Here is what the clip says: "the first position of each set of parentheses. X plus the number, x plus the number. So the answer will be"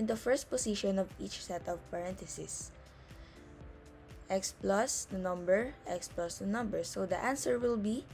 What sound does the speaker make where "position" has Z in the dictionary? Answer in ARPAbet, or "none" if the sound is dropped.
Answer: S